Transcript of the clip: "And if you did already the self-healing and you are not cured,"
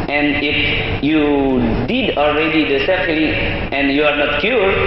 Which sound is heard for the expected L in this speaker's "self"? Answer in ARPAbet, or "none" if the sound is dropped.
none